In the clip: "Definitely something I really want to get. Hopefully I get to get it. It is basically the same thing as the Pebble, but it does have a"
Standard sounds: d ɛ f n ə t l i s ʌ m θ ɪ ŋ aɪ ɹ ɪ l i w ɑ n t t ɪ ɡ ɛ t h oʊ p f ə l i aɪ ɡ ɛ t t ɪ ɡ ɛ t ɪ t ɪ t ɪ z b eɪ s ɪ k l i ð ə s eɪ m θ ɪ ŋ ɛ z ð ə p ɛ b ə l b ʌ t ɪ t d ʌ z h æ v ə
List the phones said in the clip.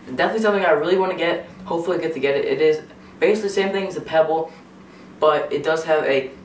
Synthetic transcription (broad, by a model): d ɛ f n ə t l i s ʌ m θ ɪ ŋ aɪ ɹ ɪ l i w ɑ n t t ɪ ɡ ɛ t h oʊ p f l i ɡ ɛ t t ɪ ɡ ɛ t ɪ t ɪ t ɪ z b eɪ ɪ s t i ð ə s eɪ m θ ɪ ŋ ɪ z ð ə p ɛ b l b ʌ t ɪ t d ʌ z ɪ v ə